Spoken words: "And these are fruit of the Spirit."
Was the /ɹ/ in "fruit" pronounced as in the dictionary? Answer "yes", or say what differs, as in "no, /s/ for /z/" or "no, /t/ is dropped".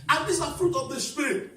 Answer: yes